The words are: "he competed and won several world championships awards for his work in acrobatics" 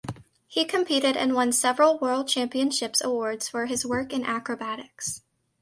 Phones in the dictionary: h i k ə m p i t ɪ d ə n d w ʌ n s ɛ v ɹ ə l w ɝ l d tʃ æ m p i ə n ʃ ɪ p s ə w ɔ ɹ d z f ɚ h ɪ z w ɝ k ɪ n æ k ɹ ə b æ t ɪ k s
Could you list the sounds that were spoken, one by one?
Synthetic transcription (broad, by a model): h i k ə m p i t ɪ d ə n w ʌ n s ɛ v ɹ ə l w ɝ l d tʃ æ m p i ə n ʃ ɪ p s ə w ɔ ɹ d z f ɚ ɪ z w ɝ k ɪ n æ k ɹ ə b æ t ɪ k s